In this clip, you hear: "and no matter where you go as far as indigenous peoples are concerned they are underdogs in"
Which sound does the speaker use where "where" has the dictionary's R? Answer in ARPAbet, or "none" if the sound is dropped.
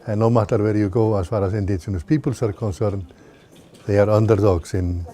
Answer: R